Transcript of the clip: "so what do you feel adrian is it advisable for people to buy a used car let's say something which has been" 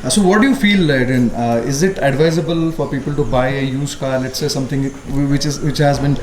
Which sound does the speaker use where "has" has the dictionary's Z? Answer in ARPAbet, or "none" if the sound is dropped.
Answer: Z